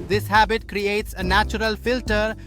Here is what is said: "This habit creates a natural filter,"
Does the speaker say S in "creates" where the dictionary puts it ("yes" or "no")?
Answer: yes